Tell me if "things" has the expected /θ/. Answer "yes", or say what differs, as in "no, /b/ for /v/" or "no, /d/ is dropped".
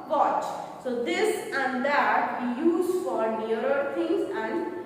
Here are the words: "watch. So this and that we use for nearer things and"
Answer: no, /t/ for /θ/